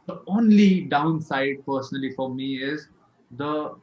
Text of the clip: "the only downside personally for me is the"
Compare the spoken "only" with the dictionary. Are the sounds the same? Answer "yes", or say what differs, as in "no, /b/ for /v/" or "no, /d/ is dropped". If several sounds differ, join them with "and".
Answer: yes